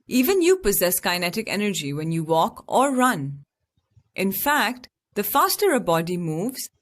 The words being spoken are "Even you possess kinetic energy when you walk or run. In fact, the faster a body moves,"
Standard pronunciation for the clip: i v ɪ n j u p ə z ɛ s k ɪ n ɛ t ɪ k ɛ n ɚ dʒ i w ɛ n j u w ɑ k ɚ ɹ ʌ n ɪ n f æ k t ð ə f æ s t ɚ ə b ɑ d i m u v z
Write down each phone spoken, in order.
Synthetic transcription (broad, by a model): i v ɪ n j u p ə z ɛ s k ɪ n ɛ t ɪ k ɛ n ɚ dʒ i w ɛ n j u w ɑ k ɚ ɹ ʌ n ɪ n f æ k t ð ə f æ s t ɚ ə b ɑ d i m u v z